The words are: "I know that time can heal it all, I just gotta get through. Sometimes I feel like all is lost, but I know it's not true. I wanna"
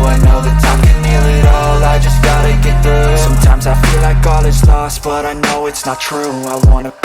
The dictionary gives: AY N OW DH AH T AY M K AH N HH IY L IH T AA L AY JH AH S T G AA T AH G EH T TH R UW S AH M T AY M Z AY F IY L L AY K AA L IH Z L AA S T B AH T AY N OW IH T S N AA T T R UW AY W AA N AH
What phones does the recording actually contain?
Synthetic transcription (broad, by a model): AY N OW DH AH T AY M K AH N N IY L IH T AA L AY JH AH S G AA T AH G EH T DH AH S AH M T AY M Z AY F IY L L AY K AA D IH S L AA S T B AH T AY N OW IH T S N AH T T R UW AY W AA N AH